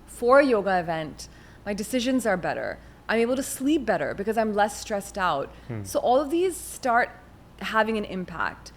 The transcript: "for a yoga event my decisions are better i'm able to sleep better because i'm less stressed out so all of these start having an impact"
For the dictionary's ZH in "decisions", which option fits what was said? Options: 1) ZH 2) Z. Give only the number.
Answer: 1